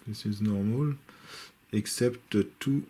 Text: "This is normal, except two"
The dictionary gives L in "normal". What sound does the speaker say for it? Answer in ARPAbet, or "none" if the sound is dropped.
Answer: L